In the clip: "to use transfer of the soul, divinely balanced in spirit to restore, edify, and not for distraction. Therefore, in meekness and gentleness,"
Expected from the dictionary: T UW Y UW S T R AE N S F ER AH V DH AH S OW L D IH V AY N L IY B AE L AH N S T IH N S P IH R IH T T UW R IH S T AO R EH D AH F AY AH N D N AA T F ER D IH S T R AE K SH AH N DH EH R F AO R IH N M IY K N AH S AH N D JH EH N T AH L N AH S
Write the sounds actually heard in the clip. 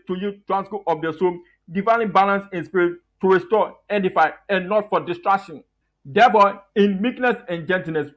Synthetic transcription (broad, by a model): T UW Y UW T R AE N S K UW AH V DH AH S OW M D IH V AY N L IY B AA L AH N S IH N S P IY R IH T T UW R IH S T AO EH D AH F AY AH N N AA T F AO D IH S T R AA K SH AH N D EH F AO IH N M IY K N AH S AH N JH EH N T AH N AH S